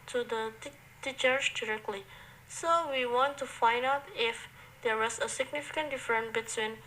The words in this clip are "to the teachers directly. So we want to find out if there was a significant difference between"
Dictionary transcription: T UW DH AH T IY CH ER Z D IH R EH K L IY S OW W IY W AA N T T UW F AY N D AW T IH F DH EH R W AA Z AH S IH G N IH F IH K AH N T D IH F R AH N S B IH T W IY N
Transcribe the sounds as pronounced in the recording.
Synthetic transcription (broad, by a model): T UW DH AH T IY CH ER S D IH R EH K L IY S OW W IY W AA N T T UW F AY N D AW T IH F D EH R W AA S AH S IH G N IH F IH K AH N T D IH F R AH N B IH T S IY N